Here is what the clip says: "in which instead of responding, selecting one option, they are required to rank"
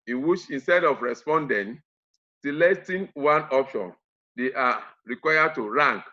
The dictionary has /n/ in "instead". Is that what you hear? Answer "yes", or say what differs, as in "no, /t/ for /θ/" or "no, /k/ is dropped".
yes